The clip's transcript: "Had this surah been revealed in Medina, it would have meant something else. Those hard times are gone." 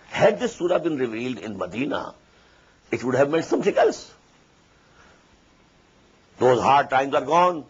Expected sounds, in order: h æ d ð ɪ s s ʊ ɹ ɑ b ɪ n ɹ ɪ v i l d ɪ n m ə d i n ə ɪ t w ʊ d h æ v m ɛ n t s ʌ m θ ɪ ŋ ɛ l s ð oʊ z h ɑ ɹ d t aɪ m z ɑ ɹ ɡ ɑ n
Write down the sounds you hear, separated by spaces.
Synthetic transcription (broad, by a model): h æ d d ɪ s s ʊ ɹ ɑ b ɪ n ɹ ɪ v i l d ɪ n m ə d i n ə ɪ t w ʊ d h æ v m ɛ n t s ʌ m t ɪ ŋ ɛ l s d oʊ z h ɑ ɹ d t aɪ m z ɑ ɹ ɡ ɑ n